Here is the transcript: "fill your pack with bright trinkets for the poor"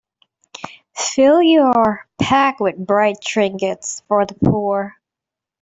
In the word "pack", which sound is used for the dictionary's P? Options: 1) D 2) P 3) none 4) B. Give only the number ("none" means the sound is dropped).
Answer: 2